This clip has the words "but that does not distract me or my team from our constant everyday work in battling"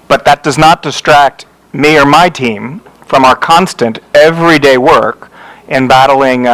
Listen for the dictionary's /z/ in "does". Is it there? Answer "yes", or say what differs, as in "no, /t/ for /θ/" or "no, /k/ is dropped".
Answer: yes